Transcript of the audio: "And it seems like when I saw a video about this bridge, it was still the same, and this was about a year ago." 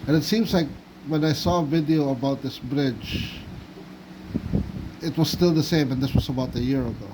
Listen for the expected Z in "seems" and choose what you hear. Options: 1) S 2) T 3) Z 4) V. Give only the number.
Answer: 3